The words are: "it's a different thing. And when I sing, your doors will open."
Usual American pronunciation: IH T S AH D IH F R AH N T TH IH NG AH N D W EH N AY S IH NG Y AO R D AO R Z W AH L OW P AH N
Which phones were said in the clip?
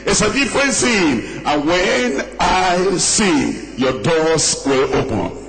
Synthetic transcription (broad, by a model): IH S AH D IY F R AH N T S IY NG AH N W EH N AY S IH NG Y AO D AO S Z W AH L OW P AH N